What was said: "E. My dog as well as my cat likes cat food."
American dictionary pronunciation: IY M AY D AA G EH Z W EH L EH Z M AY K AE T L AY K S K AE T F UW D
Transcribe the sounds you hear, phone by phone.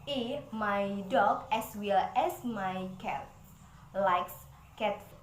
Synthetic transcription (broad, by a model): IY M AY D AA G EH S W EH L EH S M AY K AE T L AY K S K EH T